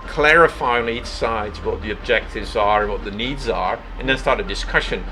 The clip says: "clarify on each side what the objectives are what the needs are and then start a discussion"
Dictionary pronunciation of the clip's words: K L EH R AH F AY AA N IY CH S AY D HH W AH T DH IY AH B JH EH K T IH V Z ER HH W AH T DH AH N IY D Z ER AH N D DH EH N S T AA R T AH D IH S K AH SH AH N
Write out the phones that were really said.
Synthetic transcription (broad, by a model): K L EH R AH F AY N IY CH S AY D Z W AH T DH IY AH B JH EH K T IH V Z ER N W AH T DH AH N IY D Z ER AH N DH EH N S T AA R T AH D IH S K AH SH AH N